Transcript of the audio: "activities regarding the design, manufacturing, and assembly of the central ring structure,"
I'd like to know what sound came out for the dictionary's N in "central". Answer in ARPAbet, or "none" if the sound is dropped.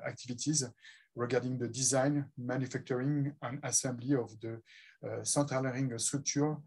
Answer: none